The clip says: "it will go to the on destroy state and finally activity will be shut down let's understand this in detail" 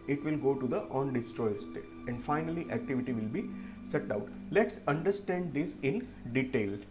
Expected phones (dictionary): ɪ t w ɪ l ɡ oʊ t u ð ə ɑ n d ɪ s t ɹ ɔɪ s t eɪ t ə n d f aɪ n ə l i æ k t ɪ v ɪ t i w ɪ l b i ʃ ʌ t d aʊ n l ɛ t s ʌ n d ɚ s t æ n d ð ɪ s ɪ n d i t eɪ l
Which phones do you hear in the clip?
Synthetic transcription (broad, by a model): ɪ t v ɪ l ɡ oʊ t u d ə ɑ n d ɪ s t ɹ ɔɪ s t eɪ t ə n d f aɪ n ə l i æ k t ɪ v ɪ t i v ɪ l b i s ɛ t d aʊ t l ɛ t s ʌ n d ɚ s t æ n d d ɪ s ɪ n d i t eɪ l